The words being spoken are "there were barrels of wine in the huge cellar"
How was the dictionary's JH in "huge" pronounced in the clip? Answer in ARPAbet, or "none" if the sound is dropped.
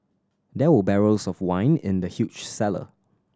CH